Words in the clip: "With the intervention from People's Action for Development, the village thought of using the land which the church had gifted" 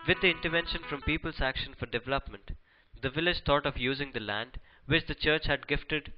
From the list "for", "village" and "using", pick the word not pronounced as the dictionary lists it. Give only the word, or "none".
none